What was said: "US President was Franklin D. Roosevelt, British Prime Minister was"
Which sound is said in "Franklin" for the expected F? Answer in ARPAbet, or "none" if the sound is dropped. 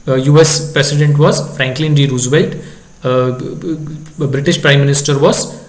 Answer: F